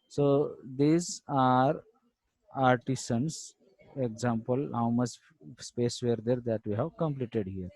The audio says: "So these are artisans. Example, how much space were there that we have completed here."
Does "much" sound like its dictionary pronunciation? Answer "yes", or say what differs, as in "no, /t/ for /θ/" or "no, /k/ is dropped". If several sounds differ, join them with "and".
no, /s/ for /tʃ/